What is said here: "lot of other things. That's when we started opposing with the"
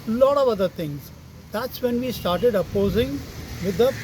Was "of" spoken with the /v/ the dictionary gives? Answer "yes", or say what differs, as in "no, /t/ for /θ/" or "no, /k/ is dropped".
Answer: yes